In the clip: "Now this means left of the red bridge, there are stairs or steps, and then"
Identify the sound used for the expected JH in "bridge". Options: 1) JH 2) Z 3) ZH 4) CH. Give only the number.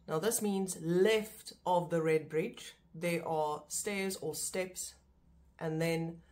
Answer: 1